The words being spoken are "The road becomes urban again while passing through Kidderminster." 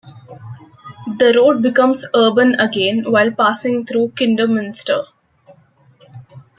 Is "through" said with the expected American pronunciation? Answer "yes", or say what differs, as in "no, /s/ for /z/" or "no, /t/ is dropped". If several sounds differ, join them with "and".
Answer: no, /t/ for /θ/